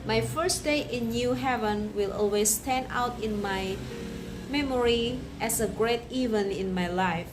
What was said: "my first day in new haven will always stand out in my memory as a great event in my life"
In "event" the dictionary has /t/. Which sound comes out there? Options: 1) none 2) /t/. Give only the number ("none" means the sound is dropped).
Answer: 1